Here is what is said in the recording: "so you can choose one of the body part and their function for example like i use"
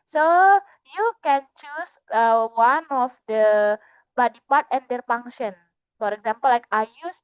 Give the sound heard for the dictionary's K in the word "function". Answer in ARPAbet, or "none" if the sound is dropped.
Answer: none